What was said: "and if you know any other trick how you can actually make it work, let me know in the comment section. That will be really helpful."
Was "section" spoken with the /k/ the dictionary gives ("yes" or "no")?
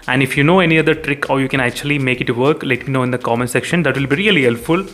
yes